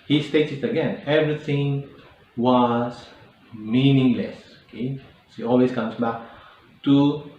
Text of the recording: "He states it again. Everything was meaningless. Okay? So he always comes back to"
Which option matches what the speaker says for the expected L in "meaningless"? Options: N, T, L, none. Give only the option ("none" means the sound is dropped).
L